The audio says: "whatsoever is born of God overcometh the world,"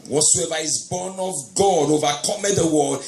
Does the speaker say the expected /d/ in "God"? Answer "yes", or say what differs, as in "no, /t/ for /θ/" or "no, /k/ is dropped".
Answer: yes